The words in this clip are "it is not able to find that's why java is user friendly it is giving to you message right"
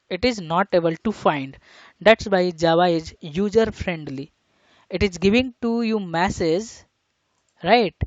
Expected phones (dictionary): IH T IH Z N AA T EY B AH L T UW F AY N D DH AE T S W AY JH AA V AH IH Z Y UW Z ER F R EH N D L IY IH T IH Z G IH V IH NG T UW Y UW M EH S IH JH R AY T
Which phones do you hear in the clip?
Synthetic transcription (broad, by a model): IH T IH Z N AA T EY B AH L T UW F AY N D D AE T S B AY JH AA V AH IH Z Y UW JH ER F R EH N D L IY IH T IH Z G IH V IH NG T UW Y UW M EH S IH Z R AY T